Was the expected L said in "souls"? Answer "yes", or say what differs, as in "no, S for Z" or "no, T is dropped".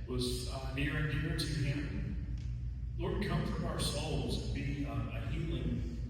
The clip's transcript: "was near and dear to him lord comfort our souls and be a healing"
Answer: yes